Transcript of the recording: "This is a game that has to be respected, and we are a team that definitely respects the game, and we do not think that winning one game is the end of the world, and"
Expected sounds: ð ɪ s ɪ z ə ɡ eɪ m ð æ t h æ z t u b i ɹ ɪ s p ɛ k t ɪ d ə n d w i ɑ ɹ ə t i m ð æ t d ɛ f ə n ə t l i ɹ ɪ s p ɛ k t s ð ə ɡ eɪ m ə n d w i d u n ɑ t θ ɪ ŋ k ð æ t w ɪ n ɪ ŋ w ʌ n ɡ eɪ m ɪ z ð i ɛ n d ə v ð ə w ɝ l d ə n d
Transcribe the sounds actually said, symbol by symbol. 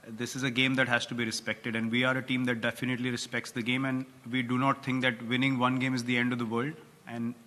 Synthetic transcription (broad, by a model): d ɪ s ɪ z ə ɡ eɪ m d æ t h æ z t u b i ɹ ɪ s p ɛ k t ɪ d ə n d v i ɑ ɹ ə t i m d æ t d ɛ f ə n ə t l i ɹ ɪ s p ɛ k t s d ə ɡ eɪ m ə n d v i d u n ɑ t t ɪ ŋ k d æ t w ɪ n ɪ ŋ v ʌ n ɡ eɪ m ɪ z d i ɛ n d ə v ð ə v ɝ l d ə n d